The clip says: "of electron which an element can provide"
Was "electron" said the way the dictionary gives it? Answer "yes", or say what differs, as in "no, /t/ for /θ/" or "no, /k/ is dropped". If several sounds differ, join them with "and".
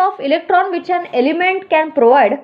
yes